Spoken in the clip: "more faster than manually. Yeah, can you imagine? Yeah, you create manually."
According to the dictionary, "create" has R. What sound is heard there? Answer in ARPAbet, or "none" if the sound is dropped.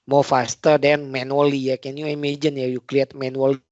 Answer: L